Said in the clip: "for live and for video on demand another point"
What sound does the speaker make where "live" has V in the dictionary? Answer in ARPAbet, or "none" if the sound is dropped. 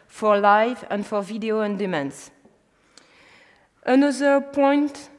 V